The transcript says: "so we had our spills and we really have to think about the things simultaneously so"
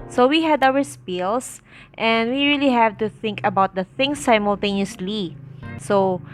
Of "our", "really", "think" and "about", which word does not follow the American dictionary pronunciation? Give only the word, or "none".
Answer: none